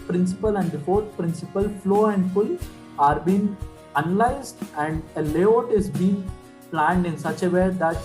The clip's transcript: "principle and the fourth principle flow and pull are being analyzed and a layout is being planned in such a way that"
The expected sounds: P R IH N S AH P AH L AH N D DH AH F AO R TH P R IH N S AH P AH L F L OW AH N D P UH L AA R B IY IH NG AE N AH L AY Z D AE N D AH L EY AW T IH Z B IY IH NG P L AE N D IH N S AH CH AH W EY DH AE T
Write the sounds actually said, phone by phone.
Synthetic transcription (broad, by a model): P R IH N S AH P AH L AH N D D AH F AO R T P R IH N S AH P AH L F L OW AH N D F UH L AA R B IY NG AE N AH L AY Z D AE N D AH L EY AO T IH Z B IY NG P L AE N D IH N S AH CH AH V EY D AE T